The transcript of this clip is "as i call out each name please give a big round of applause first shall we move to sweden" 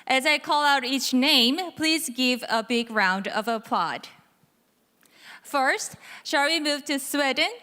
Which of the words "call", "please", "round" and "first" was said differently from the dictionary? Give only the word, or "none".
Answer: none